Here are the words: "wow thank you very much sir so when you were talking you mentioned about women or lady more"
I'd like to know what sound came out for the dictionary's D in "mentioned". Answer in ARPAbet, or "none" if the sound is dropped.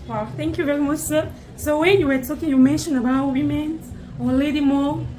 none